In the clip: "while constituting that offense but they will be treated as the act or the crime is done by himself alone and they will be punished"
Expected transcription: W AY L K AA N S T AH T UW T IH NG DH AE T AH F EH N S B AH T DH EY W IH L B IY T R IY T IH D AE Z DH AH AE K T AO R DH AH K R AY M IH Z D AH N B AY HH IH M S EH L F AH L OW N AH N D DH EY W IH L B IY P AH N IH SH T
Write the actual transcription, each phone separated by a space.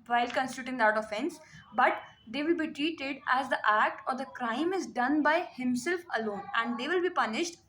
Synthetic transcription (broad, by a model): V AY L K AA N S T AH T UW T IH NG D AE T AH F EH N S B AH T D EY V IH L B IY T R IY T IH D AE Z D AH AE K T AO R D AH K R AY M IH Z D AH N B AY HH IH M S EH L F AH L OW N AH N D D EY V IH L B IY P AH N IH SH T